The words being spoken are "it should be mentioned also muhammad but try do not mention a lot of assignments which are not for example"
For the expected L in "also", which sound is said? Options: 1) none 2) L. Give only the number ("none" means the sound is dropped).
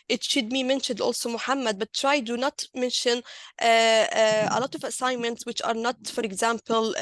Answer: 2